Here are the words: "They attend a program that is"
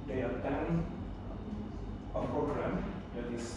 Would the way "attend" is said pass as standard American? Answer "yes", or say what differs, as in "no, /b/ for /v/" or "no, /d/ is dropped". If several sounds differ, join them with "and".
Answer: no, /d/ is dropped